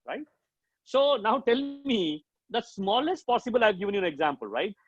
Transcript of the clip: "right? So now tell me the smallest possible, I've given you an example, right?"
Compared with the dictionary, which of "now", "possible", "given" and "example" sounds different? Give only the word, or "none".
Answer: none